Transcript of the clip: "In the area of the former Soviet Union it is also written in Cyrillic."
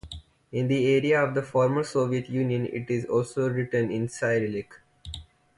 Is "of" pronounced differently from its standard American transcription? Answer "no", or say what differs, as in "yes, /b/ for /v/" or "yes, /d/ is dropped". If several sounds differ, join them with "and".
no